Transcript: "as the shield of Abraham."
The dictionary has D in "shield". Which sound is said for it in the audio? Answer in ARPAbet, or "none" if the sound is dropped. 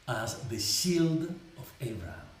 D